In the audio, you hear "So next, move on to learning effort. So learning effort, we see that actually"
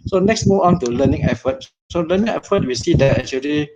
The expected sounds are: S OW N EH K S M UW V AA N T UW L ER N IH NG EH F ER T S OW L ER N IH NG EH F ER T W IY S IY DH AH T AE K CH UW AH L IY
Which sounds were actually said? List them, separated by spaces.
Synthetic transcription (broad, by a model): S OW N EH K S M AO AA N T UW L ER N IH NG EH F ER T S OW L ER N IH NG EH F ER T W IY S IY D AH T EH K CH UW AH L IY